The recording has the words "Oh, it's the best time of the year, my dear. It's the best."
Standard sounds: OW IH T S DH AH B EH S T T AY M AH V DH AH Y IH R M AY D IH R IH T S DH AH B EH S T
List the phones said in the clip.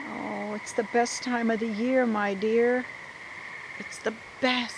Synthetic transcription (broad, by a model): OW IH T S DH AH B EH S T T AY M AH V DH AH Y IH R M AY D IH R IH T S DH AH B EH S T